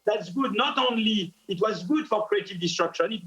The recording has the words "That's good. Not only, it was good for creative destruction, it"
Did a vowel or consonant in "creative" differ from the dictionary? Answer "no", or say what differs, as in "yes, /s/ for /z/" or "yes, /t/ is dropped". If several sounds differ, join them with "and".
no